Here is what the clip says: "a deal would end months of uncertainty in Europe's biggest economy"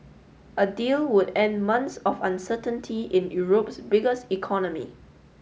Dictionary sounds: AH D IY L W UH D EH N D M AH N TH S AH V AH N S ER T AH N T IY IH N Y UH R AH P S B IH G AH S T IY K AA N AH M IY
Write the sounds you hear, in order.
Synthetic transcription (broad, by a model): AH D IY L W UH D EH N D M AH N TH S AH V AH N S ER T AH N T IY IH N Y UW R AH P S B IH G AH S T IY K AA N AH M IY